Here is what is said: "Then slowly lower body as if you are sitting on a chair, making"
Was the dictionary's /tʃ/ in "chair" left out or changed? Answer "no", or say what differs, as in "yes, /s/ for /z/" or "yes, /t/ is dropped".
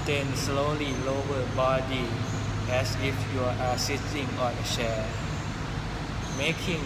yes, /ʃ/ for /tʃ/